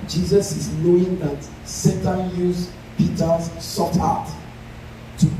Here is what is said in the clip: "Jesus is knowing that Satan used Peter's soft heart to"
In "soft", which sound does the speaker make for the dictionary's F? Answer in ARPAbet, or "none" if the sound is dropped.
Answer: none